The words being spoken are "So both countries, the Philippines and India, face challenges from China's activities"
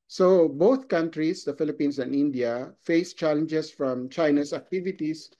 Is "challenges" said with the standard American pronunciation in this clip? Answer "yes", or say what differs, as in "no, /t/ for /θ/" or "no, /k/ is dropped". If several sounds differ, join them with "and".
no, /s/ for /z/